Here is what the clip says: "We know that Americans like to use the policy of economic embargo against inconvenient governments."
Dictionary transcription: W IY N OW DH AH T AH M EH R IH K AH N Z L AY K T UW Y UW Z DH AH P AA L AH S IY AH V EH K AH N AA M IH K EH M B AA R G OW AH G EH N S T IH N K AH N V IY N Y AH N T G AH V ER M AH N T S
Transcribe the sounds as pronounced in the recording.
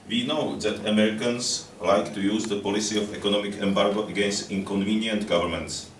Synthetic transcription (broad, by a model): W IY N OW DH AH T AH M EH R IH K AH N S L AY K T UW Y UW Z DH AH P AA L AH S IY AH F EH K AH N AA M IH K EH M B AA R G OW AH G EH N S T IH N K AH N V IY N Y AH N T G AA V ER M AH N T S